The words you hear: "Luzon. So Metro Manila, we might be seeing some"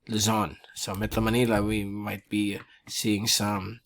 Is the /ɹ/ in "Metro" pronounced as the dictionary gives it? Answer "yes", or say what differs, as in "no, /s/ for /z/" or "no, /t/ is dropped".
no, /ɹ/ is dropped